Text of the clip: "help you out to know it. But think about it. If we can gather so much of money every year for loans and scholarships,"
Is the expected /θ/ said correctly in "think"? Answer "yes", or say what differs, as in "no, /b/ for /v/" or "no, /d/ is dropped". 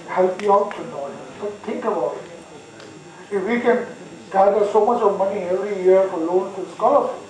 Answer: no, /t/ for /θ/